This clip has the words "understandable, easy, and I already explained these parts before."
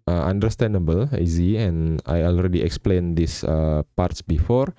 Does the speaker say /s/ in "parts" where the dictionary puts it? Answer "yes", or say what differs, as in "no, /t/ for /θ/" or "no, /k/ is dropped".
yes